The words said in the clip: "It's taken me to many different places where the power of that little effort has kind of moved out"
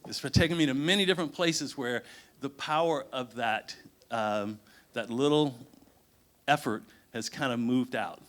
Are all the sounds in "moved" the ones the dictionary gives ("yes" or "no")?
yes